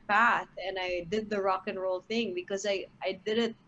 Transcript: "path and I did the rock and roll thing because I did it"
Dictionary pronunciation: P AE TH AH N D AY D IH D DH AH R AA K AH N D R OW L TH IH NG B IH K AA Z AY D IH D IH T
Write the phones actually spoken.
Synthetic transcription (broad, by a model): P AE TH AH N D AY D IH D DH AH R AA K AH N R OW L TH IH NG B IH K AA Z AY D IH D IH T